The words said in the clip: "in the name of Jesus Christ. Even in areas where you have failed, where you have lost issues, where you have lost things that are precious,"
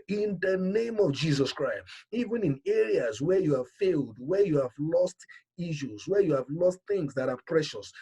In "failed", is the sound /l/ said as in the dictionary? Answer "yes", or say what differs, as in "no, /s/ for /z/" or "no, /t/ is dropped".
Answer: yes